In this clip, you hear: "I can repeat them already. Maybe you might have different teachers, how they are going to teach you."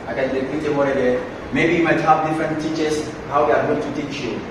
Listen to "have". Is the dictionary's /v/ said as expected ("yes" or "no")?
no